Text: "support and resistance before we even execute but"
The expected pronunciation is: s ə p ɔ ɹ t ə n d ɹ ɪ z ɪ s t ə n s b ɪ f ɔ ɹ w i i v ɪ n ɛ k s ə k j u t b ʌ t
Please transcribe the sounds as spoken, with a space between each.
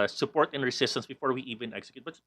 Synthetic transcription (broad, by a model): s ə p ɔ ɹ t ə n ɹ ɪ s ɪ s t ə n s b ɪ f ɔ ɹ w i i v ɪ n ɛ k s ə k j u t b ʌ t